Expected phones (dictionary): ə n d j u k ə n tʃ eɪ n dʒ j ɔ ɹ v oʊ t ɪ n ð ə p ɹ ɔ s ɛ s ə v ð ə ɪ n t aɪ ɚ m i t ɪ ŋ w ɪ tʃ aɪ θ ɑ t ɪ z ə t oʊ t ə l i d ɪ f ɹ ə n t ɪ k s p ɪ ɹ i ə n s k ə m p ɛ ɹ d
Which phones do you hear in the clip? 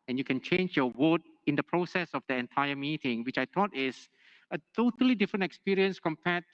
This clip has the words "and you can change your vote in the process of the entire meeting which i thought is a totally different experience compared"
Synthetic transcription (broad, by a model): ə n j u k ə n tʃ eɪ n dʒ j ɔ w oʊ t ɪ n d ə p ɹ ɔ s ɛ s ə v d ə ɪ n t aɪ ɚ m i t ɪ ŋ w ɪ tʃ aɪ t ɑ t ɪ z ə t oʊ t ə l i d ɪ f ɹ ə n t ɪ k s p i ɹ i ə n s k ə m p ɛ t